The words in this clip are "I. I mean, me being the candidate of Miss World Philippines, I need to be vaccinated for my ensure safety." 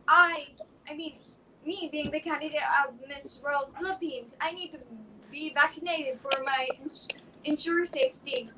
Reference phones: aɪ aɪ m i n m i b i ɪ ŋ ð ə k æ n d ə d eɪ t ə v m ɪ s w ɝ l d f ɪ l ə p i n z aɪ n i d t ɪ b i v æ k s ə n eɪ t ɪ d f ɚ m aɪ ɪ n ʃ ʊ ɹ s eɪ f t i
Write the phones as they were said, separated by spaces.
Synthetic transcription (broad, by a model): aɪ aɪ m i n m i b i ɪ ŋ ð ə k æ n d ə d eɪ t ə v m ɪ s w ɝ l d f ɪ l ə p i n z aɪ n i d t ɪ b i v æ k s ə n eɪ t ɪ d f ɚ m aɪ ɪ n ʃ ʊ ɹ s eɪ f t i